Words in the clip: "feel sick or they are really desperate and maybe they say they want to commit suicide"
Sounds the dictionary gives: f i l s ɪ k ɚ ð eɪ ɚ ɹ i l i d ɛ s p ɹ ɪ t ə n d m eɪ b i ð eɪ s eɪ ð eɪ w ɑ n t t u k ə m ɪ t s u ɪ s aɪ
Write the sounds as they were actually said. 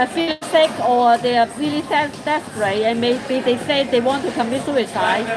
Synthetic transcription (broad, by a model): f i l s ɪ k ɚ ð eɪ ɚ l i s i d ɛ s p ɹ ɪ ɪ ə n m eɪ b i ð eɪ s eɪ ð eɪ w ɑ n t t u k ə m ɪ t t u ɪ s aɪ